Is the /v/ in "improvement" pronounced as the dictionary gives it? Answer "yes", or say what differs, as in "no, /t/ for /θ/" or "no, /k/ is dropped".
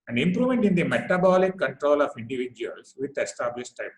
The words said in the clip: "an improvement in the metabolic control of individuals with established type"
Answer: no, /v/ is dropped